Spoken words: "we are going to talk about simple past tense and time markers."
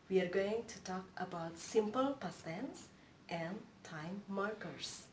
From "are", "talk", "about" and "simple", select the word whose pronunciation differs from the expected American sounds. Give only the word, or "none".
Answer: none